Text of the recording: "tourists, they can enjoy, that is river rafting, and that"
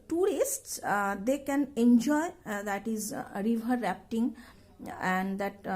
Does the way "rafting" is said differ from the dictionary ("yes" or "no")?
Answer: yes